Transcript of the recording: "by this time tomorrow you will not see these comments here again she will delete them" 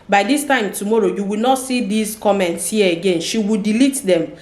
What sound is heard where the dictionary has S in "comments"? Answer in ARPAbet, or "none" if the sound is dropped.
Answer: S